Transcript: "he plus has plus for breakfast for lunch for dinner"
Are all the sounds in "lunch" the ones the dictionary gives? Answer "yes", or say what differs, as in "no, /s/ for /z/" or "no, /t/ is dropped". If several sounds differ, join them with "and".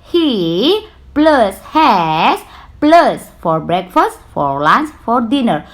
no, /s/ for /tʃ/